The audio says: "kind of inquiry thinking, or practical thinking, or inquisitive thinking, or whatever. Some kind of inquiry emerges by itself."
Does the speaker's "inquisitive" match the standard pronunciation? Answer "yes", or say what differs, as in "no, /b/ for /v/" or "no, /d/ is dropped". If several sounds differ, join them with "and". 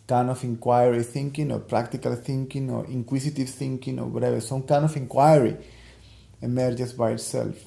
no, /s/ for /z/